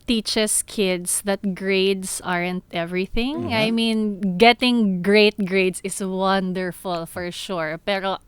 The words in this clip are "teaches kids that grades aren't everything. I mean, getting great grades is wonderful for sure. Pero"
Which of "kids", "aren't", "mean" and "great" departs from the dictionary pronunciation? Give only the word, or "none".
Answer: kids